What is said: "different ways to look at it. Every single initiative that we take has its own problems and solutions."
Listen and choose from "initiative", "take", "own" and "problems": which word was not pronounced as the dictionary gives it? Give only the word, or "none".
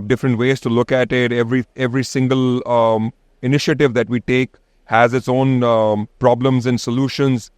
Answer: none